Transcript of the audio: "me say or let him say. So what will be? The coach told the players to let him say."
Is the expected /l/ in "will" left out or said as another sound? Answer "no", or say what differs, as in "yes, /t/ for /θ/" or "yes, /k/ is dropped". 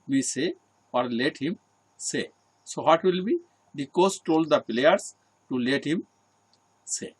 no